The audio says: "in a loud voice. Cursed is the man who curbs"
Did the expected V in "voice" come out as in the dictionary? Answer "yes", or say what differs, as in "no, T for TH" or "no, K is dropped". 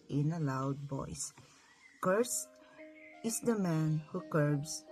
no, B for V